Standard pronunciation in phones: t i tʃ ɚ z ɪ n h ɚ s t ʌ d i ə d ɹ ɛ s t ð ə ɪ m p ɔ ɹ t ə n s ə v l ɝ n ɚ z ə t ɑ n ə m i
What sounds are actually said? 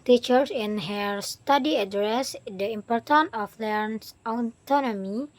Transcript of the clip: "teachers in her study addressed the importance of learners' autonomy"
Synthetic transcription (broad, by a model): t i tʃ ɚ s ɪ n h ɚ s t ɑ d i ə d ɹ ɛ s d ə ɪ m p ɔ ɹ t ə n ə f l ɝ n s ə t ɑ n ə m i